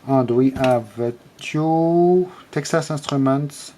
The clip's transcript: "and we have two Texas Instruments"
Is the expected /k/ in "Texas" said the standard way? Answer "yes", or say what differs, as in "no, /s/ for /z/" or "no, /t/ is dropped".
yes